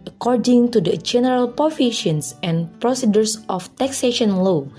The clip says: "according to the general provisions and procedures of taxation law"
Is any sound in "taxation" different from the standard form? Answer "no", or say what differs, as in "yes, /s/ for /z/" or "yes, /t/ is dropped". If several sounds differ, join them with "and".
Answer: no